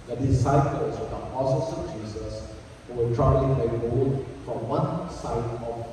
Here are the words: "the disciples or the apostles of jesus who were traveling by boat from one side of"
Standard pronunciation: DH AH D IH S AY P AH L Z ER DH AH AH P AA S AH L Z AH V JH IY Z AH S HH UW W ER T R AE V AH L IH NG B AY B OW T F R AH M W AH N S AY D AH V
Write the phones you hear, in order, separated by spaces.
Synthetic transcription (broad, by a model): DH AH D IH S AY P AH L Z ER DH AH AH P AA S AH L S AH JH IY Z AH S HH UW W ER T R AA AH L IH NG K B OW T F R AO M W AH N S AY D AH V